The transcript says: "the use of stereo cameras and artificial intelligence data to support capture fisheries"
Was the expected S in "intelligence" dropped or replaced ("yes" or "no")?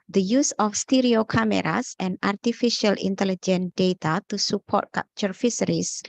yes